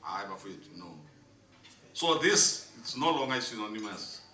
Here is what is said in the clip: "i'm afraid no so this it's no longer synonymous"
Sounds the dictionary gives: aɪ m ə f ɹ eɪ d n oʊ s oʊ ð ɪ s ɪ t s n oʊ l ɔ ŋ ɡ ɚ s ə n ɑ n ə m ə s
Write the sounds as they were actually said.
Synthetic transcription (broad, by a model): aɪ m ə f eɪ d n oʊ s oʊ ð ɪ s ɪ t s n oʊ l ɔ ŋ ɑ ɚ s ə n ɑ n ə m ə s